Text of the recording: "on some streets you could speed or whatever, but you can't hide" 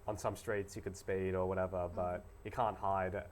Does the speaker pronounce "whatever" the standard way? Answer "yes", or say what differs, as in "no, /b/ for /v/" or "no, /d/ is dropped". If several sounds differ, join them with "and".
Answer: yes